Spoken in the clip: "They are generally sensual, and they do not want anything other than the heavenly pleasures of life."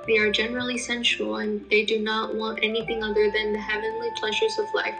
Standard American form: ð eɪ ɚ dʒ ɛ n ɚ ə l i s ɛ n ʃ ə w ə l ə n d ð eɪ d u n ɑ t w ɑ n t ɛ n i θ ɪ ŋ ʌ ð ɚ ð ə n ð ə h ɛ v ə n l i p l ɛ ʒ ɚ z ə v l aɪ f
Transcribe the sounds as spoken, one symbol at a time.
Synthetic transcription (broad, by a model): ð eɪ ɚ dʒ ɛ n ɚ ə l i s ɛ n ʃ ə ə l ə n ð eɪ d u n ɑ t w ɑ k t ɛ n i θ ɪ ŋ ʌ ð ɚ ð ə n ð ə h ɛ v ə n l i p l ɛ ʒ ɚ z ə v l aɪ f